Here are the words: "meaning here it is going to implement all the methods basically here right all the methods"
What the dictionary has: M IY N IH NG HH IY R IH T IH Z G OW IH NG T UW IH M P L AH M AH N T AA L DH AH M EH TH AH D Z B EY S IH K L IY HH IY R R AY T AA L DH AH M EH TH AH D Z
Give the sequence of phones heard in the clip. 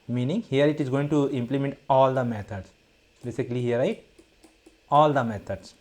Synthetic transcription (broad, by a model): M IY N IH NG HH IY R IH T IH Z G OW IH NG T UW IH M P L AH M AH N T AA L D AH M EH T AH D S B EY S IH K L IY HH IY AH R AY AA L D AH M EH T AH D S